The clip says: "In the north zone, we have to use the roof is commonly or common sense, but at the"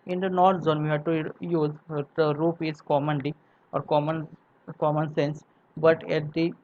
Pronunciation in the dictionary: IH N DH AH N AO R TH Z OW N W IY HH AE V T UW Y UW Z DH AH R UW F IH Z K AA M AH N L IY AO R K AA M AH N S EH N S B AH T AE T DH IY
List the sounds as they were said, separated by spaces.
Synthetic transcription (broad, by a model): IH N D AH N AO R T Z OW N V IY HH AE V T UW Y UW Z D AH R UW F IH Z K AA M AH N L IY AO R K AA M AH N S EH N S B AH T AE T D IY